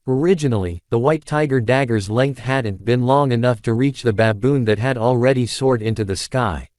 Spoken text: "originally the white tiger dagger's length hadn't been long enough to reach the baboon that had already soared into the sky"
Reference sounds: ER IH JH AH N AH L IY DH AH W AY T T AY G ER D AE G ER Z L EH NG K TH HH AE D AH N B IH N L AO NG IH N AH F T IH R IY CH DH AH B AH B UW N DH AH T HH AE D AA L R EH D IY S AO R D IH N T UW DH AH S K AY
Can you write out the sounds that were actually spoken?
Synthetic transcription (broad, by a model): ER IH JH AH N L IY DH AH W AY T T AY G ER D AE G ER Z L EH NG K TH HH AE D N B IH N L AO NG IH N AH F T IH R IY CH DH AH B AH B UW N DH AH T HH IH D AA L R EH D IY S AO R D IH N T UW DH AH S K AY